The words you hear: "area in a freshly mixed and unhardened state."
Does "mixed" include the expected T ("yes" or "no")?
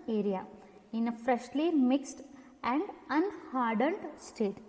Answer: yes